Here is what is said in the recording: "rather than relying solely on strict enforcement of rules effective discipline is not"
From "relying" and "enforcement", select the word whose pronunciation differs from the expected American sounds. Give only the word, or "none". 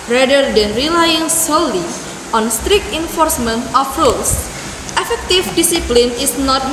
none